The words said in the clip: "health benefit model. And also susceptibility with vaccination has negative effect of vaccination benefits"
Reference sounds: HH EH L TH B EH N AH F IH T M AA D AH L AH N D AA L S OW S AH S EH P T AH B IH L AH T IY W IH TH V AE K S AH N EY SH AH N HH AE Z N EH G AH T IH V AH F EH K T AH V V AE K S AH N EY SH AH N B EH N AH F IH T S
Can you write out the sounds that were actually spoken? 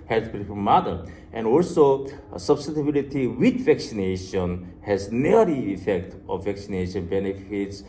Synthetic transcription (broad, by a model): HH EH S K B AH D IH M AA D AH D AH N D AA L S OW S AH S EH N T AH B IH L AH T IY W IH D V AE K S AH N EY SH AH N HH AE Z N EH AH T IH AH F EH K T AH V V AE K S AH N EY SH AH N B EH N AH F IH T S